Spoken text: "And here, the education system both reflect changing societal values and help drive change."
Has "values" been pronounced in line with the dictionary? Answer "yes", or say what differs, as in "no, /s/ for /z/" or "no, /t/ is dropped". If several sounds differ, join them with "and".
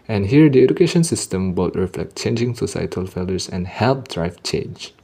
no, /f/ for /v/